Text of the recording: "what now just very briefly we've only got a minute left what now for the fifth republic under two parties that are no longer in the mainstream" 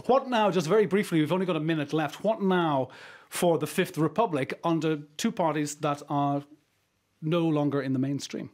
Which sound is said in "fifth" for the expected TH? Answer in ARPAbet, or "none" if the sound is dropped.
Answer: TH